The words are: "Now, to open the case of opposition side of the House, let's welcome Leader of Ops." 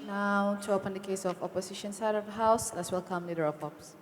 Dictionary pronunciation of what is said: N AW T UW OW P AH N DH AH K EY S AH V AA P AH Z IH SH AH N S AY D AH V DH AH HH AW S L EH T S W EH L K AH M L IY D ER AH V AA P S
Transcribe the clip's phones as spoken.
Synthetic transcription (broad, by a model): N AW T UW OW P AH N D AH K EY S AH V AA P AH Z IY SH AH N S AY D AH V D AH HH AW S L EH T S W EH L K AH M L IY D ER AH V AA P S